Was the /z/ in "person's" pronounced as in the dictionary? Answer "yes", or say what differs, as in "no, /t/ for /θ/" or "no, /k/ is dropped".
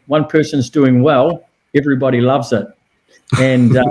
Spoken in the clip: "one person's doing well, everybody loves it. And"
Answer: yes